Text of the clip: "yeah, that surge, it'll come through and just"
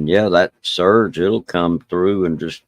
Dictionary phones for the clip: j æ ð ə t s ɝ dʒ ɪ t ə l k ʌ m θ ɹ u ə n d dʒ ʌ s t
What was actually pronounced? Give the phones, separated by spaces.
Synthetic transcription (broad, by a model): j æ ð ə t s ɝ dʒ ɪ t l k ʌ m θ ɹ u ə n dʒ ʌ s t